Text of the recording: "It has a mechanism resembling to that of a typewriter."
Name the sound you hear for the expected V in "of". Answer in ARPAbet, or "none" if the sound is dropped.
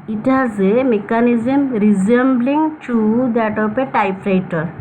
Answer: P